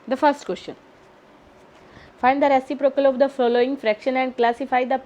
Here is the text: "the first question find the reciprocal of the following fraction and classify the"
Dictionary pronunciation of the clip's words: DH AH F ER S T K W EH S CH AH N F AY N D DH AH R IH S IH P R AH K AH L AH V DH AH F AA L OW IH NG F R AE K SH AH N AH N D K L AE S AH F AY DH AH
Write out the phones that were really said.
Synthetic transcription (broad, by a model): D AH F ER S T K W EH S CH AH N F AY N D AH R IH S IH P R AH K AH L AH V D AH F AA L OW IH NG F R AE K SH AH N AH N D K L AE S AH F AY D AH